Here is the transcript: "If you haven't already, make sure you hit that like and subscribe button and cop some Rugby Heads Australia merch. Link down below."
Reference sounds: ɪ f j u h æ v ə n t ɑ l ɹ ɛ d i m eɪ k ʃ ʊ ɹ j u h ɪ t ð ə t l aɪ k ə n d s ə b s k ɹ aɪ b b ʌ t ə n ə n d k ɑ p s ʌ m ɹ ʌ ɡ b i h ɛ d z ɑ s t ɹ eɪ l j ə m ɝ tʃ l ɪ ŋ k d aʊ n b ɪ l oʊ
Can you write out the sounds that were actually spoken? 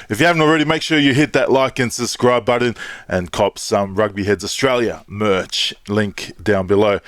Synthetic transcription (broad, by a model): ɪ f j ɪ h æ v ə n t l ɹ ɛ d i m eɪ k ʃ ʊ ɹ j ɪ h ɪ t ð ə t l aɪ k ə n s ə s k ɹ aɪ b b ʌ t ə n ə n k ɑ p s ʌ m ɹ ʌ ɡ b i h ɛ d z ɑ s t ɹ eɪ l j ə m ɝ tʃ l ɪ ŋ k d aʊ n b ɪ l oʊ